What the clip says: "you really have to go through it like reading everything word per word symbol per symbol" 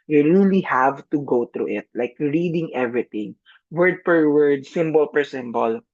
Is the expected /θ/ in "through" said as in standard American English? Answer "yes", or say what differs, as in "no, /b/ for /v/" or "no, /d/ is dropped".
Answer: no, /t/ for /θ/